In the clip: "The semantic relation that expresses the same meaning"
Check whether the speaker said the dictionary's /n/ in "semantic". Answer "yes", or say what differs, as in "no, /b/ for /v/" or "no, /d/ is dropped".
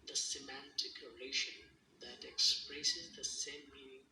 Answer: yes